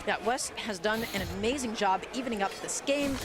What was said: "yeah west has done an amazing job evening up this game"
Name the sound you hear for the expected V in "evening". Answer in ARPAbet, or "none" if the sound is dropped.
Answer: V